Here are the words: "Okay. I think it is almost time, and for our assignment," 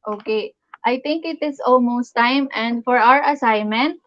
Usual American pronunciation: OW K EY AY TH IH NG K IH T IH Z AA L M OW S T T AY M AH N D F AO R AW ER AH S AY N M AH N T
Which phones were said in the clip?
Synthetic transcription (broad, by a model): OW K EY AY T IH NG K IH T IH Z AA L M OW S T T AY M AH N D F AO R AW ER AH S AY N M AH N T